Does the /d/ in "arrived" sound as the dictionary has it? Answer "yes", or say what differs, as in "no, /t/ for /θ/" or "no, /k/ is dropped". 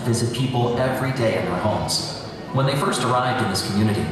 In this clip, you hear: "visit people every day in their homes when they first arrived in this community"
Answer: yes